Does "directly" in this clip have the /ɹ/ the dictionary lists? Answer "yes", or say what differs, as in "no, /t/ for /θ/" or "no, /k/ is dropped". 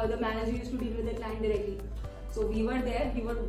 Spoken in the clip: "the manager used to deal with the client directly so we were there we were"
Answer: yes